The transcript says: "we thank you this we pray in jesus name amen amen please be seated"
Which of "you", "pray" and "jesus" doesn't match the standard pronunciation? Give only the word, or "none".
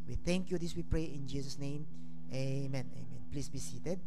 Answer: jesus